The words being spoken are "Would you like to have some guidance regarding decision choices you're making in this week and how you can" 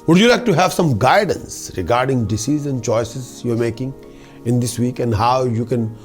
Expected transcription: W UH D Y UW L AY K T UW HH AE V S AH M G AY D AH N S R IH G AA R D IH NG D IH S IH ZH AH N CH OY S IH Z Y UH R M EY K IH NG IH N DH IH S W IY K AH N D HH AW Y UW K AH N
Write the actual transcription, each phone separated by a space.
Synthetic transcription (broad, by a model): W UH D Y UW L AY K T UW HH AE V S AH M G AY D AH N S R IH G AA R D IH NG D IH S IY Z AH N CH OY S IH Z Y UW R M EY K IH NG IH N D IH S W IY K AH N D HH AW Y UW K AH N